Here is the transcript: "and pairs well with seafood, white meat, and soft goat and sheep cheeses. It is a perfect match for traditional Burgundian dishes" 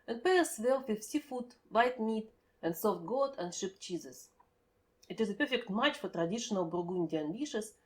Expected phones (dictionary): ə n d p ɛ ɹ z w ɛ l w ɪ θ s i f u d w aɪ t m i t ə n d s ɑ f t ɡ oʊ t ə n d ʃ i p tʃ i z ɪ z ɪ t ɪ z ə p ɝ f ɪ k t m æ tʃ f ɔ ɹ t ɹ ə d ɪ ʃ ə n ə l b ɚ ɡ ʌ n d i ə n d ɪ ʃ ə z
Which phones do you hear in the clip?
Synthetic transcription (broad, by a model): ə n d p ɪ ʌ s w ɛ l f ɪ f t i f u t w aɪ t m i t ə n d s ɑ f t ɡ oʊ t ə n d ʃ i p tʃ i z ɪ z ɪ t ɪ z ə p ɝ f ɪ k t m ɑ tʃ f ɔ ɹ t ɹ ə d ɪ ʃ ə n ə l b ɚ ɡ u n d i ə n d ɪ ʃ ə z